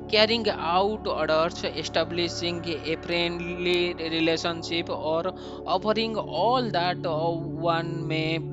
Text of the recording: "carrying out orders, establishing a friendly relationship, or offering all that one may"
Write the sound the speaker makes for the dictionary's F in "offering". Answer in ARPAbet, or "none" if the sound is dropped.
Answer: P